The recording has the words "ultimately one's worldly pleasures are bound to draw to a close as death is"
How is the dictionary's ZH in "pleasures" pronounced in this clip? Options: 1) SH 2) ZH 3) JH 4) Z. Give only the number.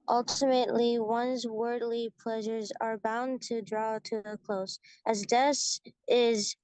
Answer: 2